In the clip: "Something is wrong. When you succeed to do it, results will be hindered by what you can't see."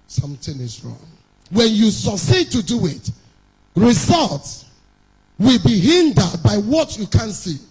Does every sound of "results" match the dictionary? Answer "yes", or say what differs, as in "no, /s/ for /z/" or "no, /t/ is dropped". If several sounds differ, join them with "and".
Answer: yes